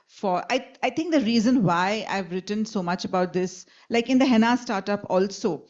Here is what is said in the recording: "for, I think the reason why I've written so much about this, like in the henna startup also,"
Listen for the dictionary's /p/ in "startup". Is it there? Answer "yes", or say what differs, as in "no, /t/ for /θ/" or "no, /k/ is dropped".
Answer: yes